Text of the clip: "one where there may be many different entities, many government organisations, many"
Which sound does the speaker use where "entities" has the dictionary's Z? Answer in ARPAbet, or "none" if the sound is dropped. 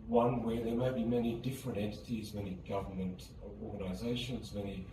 Z